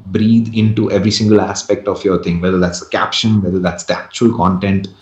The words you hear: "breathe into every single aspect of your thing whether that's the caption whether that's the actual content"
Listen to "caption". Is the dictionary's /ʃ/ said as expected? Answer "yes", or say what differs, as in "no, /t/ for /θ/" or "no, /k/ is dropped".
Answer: yes